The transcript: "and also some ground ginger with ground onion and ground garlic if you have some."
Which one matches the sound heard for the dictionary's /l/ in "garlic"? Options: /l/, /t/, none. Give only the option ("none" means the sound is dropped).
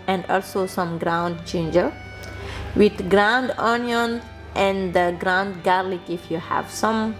/l/